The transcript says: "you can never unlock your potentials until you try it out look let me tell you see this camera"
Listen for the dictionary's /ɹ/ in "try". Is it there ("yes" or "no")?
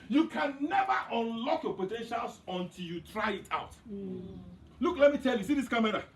yes